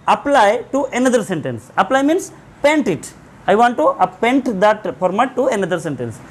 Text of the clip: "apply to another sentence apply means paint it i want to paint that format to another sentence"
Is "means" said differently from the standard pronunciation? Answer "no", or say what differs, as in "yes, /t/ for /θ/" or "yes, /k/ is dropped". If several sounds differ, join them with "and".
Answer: yes, /s/ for /z/